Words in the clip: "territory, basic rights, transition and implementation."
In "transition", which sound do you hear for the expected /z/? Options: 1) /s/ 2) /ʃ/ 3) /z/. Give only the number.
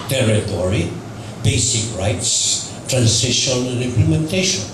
1